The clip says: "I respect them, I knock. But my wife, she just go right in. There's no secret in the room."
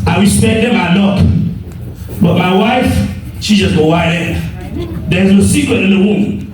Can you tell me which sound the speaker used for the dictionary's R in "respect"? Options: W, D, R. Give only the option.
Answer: W